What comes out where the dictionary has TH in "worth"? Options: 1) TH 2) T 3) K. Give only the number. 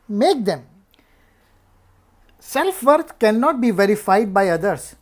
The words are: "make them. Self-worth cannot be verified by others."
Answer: 2